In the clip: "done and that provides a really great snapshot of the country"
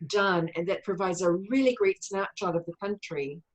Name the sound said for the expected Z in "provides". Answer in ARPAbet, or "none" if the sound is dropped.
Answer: Z